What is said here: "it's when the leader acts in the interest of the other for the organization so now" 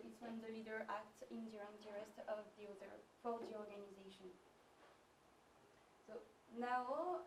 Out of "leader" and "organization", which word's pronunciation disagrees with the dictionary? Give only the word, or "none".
none